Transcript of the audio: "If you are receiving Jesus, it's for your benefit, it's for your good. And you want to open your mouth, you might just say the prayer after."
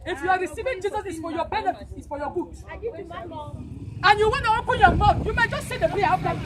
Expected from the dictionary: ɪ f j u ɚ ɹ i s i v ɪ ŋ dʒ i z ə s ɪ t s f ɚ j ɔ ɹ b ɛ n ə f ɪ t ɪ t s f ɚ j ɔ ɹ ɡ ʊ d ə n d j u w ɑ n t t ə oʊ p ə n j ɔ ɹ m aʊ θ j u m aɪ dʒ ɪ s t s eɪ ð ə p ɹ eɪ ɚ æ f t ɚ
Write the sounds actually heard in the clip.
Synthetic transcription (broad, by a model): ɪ f j u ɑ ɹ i s i v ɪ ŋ dʒ i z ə s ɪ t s f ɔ j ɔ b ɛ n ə ɪ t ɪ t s f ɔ j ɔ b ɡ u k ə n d j u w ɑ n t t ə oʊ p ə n j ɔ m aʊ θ j u m aɪ dʒ ɪ s t s eɪ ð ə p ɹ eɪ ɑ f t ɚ